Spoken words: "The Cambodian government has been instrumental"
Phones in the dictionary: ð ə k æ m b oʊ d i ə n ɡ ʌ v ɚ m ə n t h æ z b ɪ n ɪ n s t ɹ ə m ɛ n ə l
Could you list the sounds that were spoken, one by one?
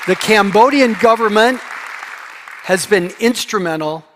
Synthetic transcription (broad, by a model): ð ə k æ m b oʊ d i ə n ɡ ʌ v ɚ m ə n t h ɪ z b ɪ n ɪ n s t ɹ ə m ɛ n l